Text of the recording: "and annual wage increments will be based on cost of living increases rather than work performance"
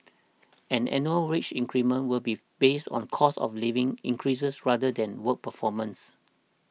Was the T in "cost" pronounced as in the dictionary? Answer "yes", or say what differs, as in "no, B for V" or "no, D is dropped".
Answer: no, T is dropped